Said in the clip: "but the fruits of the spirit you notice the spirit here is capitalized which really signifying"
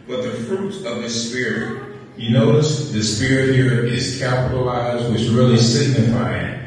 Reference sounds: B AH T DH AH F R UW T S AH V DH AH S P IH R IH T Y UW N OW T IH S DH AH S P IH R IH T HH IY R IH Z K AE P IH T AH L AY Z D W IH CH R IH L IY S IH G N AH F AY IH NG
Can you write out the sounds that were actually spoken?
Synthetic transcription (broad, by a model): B AH T DH AH F R UW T AH V DH AH S P IH R IH T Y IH N OW T IH S DH AH S P IH R IH T HH IY R IH Z K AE P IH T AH L AY Z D W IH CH R IH L IY S IH G N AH F AY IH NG